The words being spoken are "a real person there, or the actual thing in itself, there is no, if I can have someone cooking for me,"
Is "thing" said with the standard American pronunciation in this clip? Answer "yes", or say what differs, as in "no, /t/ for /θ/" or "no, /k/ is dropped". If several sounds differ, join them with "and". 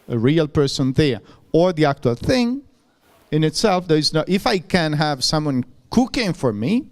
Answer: yes